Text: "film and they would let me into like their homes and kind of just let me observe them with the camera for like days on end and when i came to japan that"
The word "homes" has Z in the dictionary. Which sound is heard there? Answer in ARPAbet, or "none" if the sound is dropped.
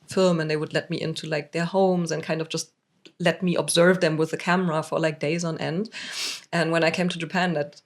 Z